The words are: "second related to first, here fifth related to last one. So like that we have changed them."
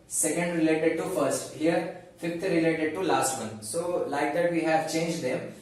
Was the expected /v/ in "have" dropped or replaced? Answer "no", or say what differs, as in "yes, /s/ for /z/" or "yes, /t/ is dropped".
no